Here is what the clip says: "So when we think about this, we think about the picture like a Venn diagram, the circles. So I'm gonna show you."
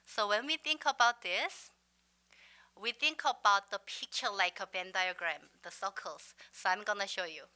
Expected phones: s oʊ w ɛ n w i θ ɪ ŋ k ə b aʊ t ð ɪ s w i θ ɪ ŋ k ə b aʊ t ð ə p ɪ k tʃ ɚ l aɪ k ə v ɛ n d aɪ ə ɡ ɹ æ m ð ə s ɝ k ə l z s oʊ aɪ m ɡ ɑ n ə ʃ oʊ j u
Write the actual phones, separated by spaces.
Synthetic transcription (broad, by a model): s oʊ w ɛ n w i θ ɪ ŋ k ə b aʊ t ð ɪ s w i θ ɪ ŋ k ə b aʊ t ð ə p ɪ k tʃ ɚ l aɪ k ə b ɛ n d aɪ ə ɡ ɹ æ m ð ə s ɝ k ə l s s oʊ aɪ m ɡ ɑ n ə ʃ oʊ j u